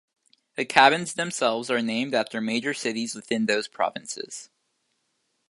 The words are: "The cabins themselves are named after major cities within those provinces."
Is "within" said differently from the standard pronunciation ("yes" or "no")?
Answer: no